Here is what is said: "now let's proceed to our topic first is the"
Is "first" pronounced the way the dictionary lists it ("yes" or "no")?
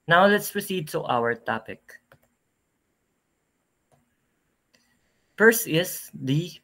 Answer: no